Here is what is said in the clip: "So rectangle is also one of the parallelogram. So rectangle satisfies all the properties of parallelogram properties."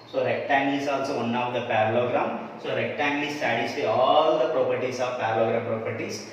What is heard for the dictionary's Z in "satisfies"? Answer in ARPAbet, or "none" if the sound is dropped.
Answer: none